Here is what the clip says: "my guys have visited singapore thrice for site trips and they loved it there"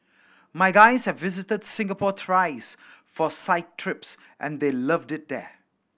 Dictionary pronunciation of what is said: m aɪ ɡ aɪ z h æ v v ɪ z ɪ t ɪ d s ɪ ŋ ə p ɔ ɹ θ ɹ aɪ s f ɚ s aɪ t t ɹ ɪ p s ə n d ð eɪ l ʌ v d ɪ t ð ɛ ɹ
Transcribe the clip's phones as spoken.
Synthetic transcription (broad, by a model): m aɪ ɡ aɪ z h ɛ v v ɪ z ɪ t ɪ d s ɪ ŋ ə p ɔ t ɹ aɪ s f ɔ s aɪ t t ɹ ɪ p s ə n d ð eɪ l ʌ v d ɪ t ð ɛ